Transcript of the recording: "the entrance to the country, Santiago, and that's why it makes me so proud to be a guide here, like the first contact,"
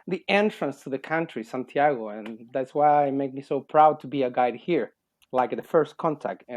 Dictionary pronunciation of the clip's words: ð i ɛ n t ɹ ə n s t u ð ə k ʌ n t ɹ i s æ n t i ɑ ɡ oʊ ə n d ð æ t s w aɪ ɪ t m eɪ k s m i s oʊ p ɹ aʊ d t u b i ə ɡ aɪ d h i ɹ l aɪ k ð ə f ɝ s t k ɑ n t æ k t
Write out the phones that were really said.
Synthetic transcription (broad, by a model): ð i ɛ n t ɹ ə n s t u ð ə k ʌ n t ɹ i s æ n t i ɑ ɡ oʊ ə n ð æ t s w aɪ ɪ t m eɪ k m i s oʊ p ɹ aʊ d t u b i ə ɡ aɪ d h i ɹ l aɪ k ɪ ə f ɝ s t k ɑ n t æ k t